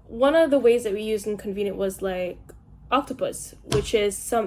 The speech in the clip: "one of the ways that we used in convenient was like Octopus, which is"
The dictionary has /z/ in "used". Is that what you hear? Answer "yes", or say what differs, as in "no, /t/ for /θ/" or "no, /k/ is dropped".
yes